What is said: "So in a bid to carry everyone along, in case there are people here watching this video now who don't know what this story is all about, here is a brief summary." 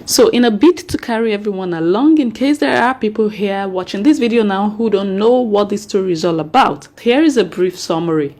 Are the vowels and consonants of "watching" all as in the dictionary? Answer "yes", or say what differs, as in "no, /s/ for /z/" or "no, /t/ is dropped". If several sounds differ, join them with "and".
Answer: yes